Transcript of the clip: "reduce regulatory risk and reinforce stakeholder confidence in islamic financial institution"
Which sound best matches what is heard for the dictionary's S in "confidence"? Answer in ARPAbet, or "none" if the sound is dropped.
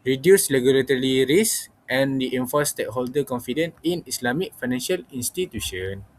none